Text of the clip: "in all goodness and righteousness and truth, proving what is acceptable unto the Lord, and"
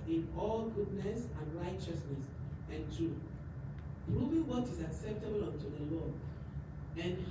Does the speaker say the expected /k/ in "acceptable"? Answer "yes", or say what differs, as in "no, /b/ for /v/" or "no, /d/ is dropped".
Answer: yes